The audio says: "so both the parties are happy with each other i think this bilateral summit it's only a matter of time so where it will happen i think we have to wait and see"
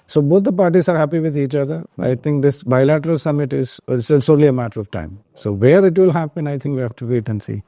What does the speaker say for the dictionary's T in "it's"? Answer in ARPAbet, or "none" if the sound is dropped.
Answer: S